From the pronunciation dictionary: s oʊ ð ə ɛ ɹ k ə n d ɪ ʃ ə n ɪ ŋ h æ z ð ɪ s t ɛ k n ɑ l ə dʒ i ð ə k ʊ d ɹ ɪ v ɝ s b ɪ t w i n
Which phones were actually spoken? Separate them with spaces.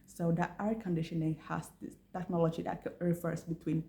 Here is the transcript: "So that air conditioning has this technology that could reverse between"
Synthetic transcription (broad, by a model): s oʊ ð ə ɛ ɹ k ə n d ɪ ʃ ə n ɪ ŋ h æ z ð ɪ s t ɛ k n ɑ l ə dʒ i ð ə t ɹ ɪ f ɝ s b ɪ t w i n